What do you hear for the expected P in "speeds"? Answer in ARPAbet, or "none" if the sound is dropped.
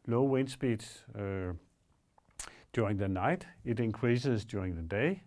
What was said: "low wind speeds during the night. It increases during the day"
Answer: B